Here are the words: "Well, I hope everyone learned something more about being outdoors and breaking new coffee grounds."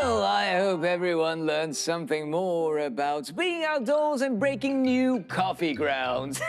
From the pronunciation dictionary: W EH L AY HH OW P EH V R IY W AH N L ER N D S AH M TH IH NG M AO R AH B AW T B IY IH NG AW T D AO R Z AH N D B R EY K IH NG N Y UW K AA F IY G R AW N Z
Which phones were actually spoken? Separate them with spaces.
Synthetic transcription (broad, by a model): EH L AY HH OW P EH V R IY W AH N L ER N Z S AH M TH IH NG M AO R AH B AW T B IY IH NG AW T D AO R Z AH N B R EY K IH NG N Y UW K AA F IY G R AW N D